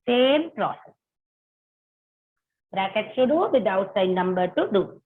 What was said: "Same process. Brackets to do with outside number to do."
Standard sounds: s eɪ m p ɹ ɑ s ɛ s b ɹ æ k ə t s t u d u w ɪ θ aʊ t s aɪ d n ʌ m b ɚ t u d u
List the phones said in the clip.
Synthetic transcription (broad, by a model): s eɪ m p ɹ ɑ s ɛ s b ɹ æ k ə t s t u d u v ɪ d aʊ t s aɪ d n ʌ m b ɚ t u d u